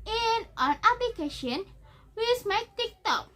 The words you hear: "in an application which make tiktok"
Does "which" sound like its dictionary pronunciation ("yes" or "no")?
no